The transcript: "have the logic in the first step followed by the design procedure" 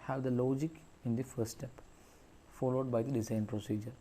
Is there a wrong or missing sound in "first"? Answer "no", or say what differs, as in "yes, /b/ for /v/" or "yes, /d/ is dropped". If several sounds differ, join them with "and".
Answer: yes, /s/ is dropped